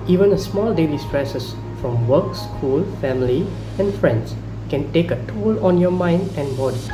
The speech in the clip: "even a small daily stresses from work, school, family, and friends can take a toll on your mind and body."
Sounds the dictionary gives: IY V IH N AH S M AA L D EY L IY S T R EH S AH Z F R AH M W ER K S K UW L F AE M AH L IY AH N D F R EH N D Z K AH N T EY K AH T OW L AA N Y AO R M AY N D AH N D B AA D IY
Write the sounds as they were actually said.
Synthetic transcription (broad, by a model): IY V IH N AH S M AA L D EY L IY S T R EH S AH S F R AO M W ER K S K UW L F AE M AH L IY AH N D F R EH N D S K AH N T EY K AH T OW L AA N Y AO M AY N D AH N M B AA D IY